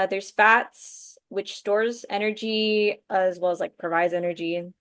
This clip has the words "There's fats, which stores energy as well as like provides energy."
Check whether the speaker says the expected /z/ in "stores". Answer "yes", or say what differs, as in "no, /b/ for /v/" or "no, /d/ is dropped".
yes